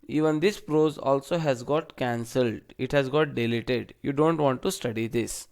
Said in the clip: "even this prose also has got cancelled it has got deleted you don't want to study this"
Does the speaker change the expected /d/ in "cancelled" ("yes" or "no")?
no